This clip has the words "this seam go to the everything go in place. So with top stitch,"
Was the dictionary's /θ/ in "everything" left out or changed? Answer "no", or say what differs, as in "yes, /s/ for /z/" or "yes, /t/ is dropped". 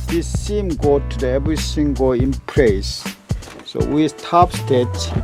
yes, /s/ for /θ/